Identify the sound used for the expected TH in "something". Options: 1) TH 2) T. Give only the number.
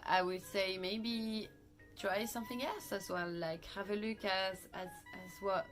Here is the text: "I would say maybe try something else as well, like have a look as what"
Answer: 1